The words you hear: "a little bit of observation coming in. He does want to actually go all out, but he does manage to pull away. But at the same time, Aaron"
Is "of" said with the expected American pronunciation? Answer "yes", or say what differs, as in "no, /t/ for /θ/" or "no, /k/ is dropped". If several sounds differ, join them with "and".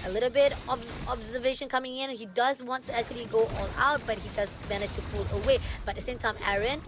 no, /b/ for /v/